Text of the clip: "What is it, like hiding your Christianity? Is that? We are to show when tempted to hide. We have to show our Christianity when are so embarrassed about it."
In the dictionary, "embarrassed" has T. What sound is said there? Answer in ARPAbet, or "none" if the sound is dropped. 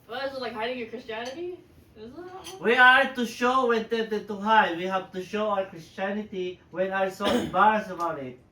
none